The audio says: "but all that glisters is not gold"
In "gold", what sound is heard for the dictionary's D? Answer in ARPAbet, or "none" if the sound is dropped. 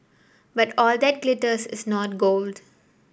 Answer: D